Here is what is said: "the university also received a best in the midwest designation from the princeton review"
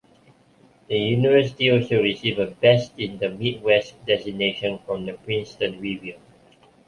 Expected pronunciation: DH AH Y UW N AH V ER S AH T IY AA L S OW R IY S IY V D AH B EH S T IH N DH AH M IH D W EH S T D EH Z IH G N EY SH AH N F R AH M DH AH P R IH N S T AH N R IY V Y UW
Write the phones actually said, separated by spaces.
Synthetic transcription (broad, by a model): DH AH Y UW N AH V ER S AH T IY AA L S OW R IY S IY V AH B EH S T IH N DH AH M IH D W EH S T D EH S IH N EY SH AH N F R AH M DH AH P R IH N S T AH N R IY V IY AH